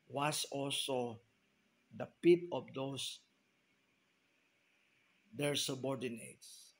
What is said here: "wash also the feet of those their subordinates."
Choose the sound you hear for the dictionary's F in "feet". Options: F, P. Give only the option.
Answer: P